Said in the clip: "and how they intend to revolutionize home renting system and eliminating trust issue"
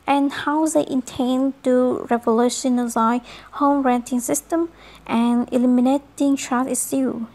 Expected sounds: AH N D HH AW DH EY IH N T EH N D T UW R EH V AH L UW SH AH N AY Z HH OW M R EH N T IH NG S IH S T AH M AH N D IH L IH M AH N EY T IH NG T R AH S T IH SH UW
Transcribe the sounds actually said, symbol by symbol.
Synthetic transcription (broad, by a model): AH N HH AW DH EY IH N T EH N T UW R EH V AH L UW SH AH N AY HH OW M R EH N T IH NG S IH S T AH M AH N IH L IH M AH N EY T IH NG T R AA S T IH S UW